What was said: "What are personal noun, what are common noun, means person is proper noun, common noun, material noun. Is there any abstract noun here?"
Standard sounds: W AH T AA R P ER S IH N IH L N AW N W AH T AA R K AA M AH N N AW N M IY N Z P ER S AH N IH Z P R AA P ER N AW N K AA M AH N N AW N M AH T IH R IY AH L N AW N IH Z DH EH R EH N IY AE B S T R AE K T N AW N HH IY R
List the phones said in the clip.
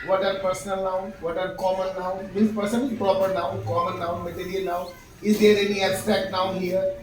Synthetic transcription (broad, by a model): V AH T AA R P ER S IH N IH L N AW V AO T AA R K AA M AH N N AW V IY Z P ER S AH N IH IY P R AA P ER N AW K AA M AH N N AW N M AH T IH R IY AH L N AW IH Z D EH R EH N IY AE S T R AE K T N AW HH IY R